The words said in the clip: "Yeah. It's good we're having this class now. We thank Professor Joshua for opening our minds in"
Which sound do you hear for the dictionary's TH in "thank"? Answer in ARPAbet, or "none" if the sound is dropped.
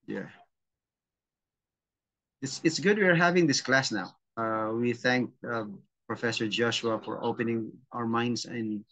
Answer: TH